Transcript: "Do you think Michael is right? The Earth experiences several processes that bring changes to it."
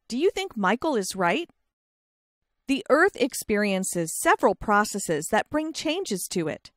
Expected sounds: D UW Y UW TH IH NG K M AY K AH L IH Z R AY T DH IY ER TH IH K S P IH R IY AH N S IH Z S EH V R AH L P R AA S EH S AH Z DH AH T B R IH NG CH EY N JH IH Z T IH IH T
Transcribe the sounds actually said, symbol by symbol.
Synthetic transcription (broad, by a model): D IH Y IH TH IH NG K M AY K L IH Z R AY T DH IY ER TH IH K S P IH R IY AH N S IH Z S EH V R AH L P R AA S EH S AH Z DH AH T B R IH NG CH EY N JH IH Z T IH IH T